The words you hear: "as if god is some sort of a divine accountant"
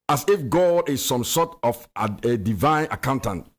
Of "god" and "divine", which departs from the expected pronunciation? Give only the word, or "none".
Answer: none